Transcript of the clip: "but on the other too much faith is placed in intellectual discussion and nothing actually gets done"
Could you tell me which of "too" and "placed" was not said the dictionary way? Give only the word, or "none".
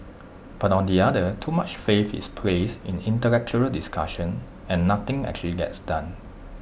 placed